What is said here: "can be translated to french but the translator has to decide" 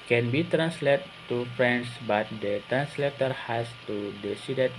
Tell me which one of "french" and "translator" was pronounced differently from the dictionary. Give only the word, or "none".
french